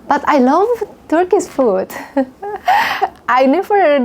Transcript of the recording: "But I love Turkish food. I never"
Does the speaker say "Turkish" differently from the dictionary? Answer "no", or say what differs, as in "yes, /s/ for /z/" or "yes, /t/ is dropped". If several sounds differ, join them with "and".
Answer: yes, /s/ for /ʃ/